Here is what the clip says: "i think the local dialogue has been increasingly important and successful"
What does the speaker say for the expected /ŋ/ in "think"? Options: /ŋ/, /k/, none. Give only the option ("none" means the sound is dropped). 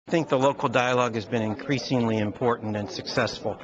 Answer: /ŋ/